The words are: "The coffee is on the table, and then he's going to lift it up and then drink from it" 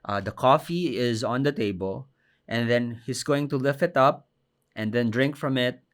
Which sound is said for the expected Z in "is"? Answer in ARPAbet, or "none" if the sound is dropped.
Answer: Z